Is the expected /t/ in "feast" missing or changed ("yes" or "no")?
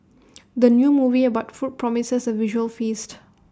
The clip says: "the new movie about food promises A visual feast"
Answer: no